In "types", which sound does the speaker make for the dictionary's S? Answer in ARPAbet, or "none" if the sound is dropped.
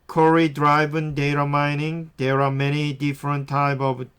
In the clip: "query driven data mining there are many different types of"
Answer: none